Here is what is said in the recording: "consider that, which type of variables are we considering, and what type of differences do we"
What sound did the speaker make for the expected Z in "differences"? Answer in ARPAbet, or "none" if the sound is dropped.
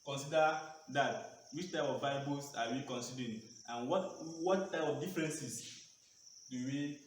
S